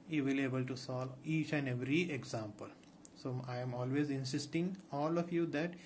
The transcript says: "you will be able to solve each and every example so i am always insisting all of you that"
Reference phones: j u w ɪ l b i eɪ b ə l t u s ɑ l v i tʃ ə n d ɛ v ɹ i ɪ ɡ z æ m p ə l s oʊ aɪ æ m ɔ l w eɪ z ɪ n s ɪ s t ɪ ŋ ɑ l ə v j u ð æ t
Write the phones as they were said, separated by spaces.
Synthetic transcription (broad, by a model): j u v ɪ l eɪ b ə l t u s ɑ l i tʃ ə n d ɛ v ɹ i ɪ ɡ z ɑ m p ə l s oʊ aɪ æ m ɔ l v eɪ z ɪ n s ɪ s t ɪ ŋ ɑ l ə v j u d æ t